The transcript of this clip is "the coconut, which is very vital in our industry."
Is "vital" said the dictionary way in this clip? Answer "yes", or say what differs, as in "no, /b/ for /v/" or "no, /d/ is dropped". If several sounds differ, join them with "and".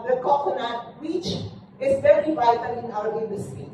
no, /n/ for /l/